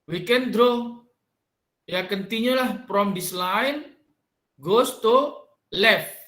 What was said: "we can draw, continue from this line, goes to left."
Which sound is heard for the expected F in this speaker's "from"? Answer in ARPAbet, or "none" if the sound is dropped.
P